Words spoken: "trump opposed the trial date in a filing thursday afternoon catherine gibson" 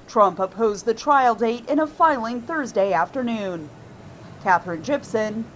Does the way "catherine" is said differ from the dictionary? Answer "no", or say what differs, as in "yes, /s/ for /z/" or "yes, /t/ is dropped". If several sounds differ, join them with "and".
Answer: no